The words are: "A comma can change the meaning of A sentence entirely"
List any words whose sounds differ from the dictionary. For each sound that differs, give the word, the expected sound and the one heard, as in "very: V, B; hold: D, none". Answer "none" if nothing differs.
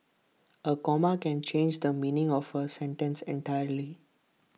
none